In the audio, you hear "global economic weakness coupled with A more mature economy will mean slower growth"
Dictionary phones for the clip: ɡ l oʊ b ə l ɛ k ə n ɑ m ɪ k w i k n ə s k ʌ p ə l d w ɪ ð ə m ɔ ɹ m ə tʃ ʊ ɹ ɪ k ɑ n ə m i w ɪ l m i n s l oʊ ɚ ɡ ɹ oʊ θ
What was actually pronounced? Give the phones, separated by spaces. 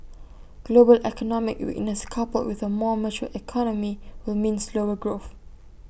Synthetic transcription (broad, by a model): ɡ l oʊ b ə l ɛ k ə n ɑ m ɪ k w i n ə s k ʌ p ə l w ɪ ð ə m ɔ m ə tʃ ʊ ɪ k ɑ n ə m i w ɪ l m i n s l oʊ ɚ ɡ ɹ oʊ θ